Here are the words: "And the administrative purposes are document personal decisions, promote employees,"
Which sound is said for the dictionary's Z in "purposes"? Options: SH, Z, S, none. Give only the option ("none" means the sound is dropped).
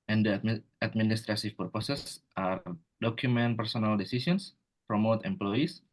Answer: S